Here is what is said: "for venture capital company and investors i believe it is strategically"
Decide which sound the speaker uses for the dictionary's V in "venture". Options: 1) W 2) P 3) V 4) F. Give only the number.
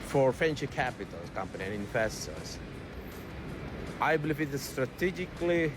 4